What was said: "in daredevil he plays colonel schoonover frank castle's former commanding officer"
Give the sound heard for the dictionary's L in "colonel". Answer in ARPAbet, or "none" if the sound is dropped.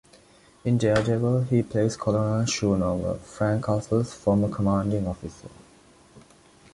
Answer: N